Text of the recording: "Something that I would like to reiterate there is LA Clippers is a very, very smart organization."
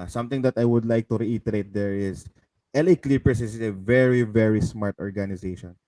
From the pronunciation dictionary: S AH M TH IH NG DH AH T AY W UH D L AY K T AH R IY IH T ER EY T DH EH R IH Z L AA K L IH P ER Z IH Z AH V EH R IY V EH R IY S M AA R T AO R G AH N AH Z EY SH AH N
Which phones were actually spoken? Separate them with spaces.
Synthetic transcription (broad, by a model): S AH M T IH NG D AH T AY W UH D L AY K T AH R IY IH T ER EY T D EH R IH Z L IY K L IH P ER S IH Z AH V EH R IY V EH R IY S M AA R T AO R G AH N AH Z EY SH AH N